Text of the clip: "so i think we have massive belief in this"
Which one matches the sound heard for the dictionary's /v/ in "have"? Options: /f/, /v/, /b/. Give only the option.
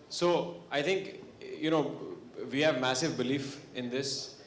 /v/